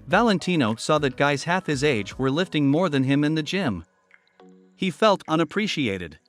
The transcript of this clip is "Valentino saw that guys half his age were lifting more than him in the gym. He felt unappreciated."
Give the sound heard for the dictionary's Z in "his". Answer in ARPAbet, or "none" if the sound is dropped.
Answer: Z